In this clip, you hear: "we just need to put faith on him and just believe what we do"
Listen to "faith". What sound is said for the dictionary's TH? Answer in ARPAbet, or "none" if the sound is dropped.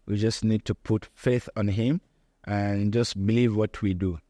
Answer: TH